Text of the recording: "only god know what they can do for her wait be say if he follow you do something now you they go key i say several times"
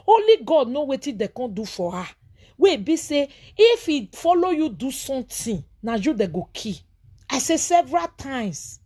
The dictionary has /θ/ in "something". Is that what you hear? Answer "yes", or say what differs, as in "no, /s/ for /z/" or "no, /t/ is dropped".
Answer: no, /t/ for /θ/